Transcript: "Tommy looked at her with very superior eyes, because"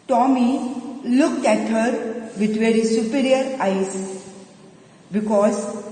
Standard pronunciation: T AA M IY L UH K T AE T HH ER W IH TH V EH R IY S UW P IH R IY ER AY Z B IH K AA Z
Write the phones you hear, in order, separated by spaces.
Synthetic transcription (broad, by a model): T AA M IY L UH K T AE T HH ER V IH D V EH R IY S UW P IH R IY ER AY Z B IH K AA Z